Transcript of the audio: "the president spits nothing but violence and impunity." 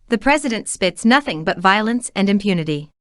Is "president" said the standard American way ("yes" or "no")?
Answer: yes